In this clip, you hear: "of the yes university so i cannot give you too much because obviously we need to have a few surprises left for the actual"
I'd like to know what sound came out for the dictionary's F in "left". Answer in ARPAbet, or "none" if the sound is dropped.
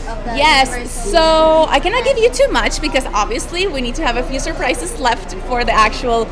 F